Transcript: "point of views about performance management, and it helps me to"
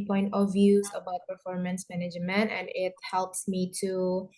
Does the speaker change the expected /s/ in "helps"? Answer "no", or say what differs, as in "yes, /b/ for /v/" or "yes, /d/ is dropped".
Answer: no